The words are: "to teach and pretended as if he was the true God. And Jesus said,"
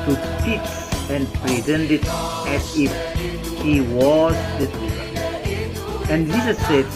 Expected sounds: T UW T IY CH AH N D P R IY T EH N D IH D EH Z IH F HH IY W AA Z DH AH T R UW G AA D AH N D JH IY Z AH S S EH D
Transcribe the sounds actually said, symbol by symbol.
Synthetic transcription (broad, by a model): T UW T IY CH AH N D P R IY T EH N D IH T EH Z IH F HH IY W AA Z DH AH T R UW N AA AH N D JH IY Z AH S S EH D